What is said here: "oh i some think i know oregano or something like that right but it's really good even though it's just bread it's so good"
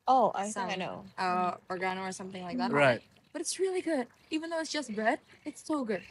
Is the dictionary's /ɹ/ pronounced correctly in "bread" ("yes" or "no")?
no